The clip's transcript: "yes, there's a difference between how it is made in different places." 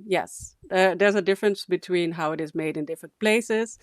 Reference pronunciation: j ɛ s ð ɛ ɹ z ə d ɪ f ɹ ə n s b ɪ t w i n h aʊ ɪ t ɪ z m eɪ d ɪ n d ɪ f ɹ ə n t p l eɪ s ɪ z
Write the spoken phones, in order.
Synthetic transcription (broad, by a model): j ɛ s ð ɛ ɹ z ə d ɪ f ɹ ə n s b ɪ t w i n h aʊ ɪ t ɪ z m eɪ d ɪ n d ɪ f ɹ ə n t p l eɪ s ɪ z